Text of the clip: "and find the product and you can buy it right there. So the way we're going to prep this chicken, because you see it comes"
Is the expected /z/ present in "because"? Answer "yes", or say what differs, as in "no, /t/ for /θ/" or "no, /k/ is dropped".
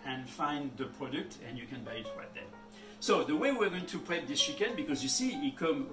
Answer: yes